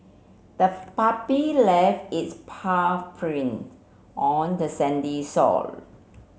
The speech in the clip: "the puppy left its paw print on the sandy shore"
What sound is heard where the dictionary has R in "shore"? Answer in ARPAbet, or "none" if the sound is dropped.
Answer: L